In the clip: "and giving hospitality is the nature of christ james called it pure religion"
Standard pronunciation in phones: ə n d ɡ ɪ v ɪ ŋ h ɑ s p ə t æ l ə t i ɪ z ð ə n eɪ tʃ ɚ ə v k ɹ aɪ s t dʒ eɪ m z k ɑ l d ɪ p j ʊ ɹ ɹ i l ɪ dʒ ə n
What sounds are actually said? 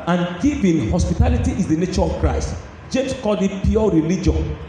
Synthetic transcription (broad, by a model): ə n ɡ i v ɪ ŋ h ɑ s p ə t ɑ l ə t i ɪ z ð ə n eɪ tʃ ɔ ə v k ɹ aɪ s t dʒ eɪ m s k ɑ d ɪ p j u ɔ ɹ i l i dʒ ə n